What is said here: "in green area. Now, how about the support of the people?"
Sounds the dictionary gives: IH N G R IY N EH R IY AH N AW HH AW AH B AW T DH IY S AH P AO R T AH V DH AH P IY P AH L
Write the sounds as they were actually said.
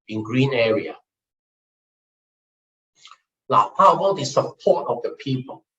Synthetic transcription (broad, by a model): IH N G R IY N EH R IY AH L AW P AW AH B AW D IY S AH P AO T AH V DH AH P IY P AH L